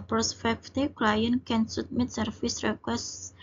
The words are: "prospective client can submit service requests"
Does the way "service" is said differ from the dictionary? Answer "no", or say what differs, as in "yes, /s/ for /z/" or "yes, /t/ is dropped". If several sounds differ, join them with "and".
yes, /f/ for /v/